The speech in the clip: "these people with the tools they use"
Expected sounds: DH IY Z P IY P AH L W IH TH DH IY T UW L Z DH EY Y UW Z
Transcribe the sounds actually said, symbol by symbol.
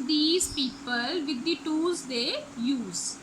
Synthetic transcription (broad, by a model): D IY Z P IY P AH L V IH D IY T UW Z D EY Y UW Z